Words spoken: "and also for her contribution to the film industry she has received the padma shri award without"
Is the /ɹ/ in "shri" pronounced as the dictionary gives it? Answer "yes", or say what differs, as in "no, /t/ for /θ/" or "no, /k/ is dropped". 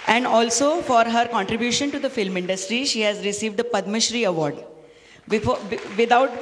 yes